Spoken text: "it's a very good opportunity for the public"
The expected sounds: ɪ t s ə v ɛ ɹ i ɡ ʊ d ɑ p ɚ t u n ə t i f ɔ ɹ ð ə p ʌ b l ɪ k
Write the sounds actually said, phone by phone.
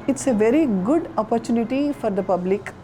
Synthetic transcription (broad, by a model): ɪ t s ə v ɛ ɹ i ɡ ʊ d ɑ p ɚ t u n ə t i f ɔ ɹ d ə p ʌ b l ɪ k